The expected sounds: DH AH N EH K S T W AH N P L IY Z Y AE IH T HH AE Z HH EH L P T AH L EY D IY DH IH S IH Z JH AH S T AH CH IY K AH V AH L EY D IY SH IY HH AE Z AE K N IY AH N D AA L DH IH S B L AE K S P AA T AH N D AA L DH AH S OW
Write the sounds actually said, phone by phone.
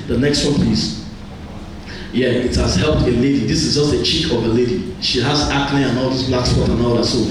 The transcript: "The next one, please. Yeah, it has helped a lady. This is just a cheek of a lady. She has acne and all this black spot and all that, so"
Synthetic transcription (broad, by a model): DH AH N EH K S T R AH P IY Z Y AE IH T HH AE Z HH EH L P T AH L EY D IY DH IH S IH Z JH AH S T AH CH IY K AH V AH L EY D IY SH IY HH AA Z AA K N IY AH N AA L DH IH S B L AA K S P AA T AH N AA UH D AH S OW